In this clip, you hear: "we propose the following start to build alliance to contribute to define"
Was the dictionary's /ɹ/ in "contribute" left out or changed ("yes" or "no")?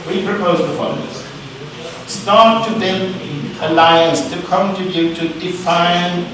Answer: yes